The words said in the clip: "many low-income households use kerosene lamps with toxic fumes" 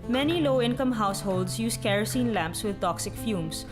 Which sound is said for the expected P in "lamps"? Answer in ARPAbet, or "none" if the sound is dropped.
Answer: P